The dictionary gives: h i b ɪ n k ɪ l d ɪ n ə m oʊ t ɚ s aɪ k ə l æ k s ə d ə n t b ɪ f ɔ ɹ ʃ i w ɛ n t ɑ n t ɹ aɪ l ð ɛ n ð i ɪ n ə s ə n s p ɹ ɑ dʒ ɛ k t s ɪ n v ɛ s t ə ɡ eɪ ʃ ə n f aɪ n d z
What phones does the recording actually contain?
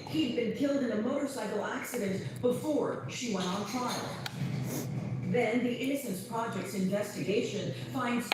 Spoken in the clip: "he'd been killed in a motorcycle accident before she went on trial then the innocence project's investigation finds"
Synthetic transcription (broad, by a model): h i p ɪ n k ɪ l d ɪ n ə m oʊ t ɚ s aɪ k l æ k s ə d ə n t b ɪ f ɔ ɹ ʃ i w ɛ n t n t ɹ aɪ l ð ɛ n ð i ɪ n ə s ə n s p ɹ ɑ dʒ ɛ k t s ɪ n v ɛ s t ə ɡ eɪ ʃ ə n f aɪ n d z